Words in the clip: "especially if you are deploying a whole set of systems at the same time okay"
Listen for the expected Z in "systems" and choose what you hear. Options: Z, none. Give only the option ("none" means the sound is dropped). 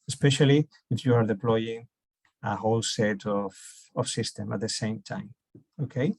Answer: none